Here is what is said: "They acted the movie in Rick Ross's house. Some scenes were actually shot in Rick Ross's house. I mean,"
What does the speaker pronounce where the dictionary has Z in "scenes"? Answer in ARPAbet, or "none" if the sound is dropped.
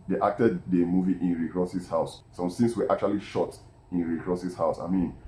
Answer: S